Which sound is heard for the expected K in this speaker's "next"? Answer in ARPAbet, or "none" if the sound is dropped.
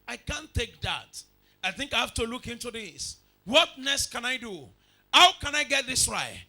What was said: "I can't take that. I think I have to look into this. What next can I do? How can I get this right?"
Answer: none